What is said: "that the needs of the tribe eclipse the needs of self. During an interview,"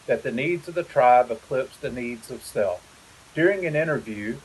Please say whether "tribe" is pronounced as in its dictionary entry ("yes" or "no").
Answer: yes